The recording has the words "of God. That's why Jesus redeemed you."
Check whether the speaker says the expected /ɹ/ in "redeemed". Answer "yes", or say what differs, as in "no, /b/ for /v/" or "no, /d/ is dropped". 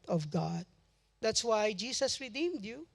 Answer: yes